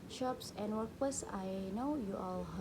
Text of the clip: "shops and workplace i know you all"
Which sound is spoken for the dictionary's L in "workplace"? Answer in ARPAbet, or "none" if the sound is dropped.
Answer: none